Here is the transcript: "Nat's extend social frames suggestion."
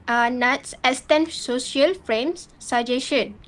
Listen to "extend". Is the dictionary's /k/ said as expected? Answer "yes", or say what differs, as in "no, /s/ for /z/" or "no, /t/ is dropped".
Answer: no, /k/ is dropped